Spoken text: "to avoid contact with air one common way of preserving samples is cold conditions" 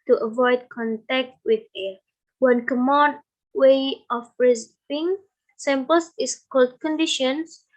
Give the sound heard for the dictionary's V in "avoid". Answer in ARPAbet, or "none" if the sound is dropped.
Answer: V